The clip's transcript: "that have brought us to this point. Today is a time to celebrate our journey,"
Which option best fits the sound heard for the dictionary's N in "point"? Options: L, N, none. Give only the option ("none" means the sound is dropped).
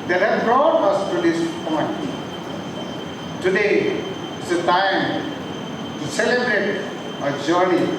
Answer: none